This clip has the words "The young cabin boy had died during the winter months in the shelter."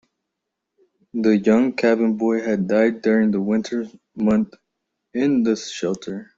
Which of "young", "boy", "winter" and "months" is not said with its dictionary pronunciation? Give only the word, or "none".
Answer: months